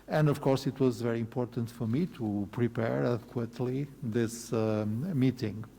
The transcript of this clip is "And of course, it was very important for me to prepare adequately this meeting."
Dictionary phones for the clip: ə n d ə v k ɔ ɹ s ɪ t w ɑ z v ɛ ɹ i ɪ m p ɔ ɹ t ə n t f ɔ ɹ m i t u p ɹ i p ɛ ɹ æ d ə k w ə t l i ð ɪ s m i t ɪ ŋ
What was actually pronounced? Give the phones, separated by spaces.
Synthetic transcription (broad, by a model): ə n d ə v k ɔ ɹ s ɪ t w ɑ z v ɛ ɹ i ɪ m p ɔ ɹ t ə n t f ɔ ɹ m i t u p ɹ i p ɛ ɹ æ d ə k w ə t l i ð ɪ s m i t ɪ ŋ